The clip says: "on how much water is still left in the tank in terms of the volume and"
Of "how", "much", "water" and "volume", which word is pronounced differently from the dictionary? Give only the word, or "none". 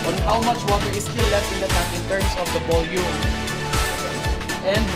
volume